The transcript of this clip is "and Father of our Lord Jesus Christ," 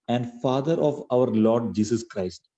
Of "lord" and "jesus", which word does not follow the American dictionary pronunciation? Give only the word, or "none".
jesus